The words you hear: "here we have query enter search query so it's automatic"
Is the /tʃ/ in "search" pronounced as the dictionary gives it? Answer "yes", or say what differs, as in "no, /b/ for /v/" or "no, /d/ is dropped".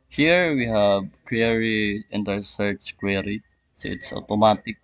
no, /s/ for /tʃ/